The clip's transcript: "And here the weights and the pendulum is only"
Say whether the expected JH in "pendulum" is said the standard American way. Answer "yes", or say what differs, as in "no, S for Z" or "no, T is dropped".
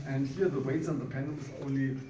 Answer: no, JH is dropped